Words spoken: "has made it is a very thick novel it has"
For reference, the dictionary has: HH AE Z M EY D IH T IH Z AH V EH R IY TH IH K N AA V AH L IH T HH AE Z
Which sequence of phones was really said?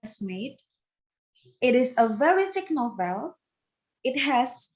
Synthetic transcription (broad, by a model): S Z M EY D IH T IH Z AH V EH R IY TH IH K N AA V AH L IH T HH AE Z